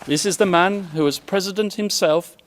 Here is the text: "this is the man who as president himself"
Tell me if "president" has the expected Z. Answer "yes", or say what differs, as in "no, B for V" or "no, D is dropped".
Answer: yes